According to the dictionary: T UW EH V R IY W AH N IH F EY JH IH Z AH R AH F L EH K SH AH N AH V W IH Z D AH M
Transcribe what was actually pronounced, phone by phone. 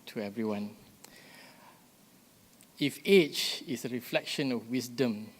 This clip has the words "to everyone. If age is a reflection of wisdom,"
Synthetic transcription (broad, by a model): T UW EH V R IY W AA N IH F EY CH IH S AH R AH F L EH K SH AH N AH F W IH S D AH M